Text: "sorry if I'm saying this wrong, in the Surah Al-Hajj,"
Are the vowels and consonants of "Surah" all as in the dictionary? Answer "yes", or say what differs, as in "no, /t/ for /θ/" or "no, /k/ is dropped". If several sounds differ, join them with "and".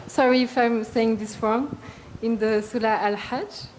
no, /l/ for /ɹ/